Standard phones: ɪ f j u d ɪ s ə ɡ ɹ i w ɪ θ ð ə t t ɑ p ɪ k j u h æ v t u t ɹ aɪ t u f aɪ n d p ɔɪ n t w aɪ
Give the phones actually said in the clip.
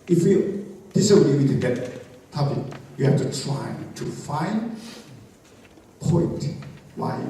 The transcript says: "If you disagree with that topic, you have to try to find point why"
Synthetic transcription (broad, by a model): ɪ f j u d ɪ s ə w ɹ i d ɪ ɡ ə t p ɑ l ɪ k j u h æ f t u t ɹ aɪ t u f aɪ n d p ɔɪ n t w aɪ